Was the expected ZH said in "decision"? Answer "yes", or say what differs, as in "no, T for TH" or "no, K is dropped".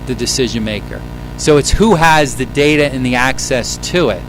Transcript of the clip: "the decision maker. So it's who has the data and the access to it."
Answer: yes